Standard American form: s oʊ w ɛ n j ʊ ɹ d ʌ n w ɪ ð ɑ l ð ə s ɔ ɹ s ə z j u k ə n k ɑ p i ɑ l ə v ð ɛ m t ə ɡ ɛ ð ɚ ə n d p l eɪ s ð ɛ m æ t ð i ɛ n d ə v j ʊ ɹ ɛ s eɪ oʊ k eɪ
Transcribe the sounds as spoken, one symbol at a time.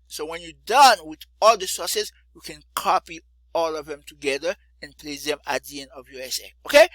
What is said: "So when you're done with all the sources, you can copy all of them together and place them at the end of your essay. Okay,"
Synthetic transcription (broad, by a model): s oʊ w ɛ n j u d ʌ n w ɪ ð ɑ l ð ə s ɔ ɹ s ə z j u k ə n k ɑ p i ɑ l ə v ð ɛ m t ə ɡ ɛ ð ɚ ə n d p l eɪ s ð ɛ m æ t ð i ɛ n ə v j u ɛ s eɪ oʊ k eɪ